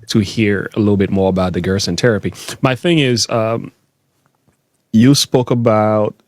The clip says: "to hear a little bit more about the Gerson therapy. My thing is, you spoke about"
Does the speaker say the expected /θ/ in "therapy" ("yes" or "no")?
no